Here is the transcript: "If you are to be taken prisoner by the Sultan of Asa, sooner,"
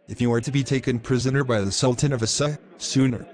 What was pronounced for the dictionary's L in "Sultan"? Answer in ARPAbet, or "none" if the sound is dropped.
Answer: L